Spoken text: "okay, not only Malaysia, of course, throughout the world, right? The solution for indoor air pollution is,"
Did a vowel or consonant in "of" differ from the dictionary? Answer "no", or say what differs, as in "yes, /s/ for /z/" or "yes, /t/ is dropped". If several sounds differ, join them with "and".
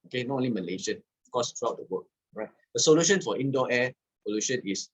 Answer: yes, /f/ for /v/